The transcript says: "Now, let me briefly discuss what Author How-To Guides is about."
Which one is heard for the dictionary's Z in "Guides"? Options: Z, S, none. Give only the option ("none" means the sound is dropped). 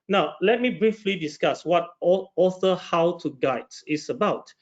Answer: none